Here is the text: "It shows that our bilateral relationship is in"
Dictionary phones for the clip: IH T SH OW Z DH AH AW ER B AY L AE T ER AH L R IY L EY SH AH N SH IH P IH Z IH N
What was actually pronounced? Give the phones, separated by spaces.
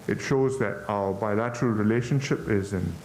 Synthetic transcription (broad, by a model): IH T SH OW Z DH AH AW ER B AY L AE T ER AH L R IY L EY SH AH N SH IH P IH Z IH N